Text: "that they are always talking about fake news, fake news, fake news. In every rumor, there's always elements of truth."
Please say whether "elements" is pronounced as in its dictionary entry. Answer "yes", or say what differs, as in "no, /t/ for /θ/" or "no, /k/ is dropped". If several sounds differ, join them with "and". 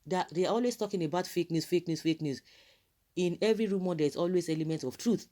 no, /s/ is dropped